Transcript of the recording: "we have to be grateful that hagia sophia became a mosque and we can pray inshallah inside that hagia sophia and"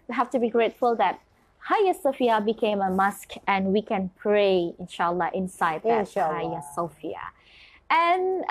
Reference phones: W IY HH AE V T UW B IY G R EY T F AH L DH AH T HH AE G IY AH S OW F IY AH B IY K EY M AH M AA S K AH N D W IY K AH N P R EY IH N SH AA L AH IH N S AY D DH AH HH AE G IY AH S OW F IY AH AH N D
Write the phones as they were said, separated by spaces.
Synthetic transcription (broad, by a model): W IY HH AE F T UW B IY G R EY T F AH L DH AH T HH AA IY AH S OW F IY AH B IY K EY M AH M AA S K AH N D W IY K AH N P R EY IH N SH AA L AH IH N S AY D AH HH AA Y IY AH S OW F IY AH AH N